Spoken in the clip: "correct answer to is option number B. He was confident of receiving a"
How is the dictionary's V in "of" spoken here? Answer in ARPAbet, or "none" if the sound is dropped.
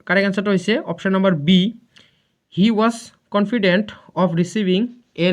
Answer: P